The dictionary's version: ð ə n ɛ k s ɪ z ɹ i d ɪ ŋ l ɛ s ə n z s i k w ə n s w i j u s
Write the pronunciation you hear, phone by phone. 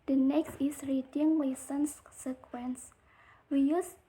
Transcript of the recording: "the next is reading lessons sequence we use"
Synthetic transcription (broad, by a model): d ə n ɛ k s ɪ s ɹ i d ɪ ŋ w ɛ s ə n s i k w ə n s w i j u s